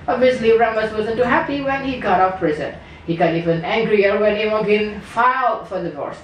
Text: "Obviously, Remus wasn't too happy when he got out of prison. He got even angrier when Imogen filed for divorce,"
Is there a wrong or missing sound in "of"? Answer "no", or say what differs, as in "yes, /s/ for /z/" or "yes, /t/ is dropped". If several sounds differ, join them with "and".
yes, /p/ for /v/